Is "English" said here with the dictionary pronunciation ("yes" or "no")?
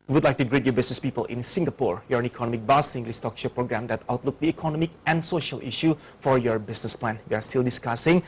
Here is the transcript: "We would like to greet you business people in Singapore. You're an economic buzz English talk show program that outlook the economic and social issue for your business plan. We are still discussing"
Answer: no